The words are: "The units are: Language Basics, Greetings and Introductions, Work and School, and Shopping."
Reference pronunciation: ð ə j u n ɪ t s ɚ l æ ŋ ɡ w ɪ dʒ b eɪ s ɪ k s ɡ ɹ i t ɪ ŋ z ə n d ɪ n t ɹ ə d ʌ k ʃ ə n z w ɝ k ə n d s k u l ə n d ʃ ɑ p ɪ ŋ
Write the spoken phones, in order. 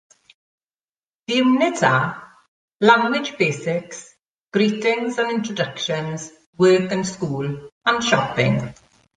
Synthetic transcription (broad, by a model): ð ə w n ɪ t ɚ l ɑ ŋ ɡ w ɪ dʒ b eɪ s ɪ k s ɡ ɹ i t ɪ ŋ z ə n ɪ n t ɹ ə d ʌ k ʃ ə n z w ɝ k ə n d s k u l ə n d ʃ ɑ p ɪ ŋ